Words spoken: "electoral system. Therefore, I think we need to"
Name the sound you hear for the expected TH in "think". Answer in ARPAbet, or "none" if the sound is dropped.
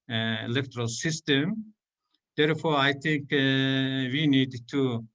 T